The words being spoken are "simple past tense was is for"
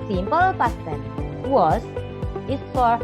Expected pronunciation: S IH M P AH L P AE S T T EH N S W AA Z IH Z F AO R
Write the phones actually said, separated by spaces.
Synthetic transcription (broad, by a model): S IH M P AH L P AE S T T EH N W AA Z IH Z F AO R